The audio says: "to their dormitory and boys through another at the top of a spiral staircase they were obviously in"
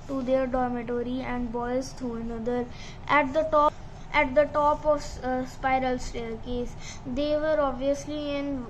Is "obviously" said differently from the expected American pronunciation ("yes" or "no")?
no